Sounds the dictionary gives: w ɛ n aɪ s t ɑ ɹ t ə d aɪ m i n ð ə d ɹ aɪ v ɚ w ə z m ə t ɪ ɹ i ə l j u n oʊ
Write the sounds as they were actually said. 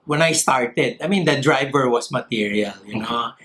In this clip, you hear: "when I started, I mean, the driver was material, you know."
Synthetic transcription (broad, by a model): w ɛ n aɪ s t ɑ ɹ t ə d aɪ m i n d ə d ɹ aɪ v ɚ w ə s m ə t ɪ ɹ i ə l j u n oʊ